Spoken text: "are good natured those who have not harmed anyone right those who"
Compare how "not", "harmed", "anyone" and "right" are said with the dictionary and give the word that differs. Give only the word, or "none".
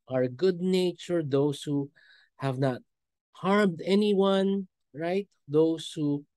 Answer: none